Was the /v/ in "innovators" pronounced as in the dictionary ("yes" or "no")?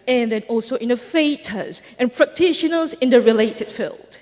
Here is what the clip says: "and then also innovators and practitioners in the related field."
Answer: no